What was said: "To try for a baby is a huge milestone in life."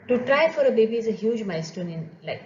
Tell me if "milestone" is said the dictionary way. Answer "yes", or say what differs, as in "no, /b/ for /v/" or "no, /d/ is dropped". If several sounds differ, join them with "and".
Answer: no, /l/ is dropped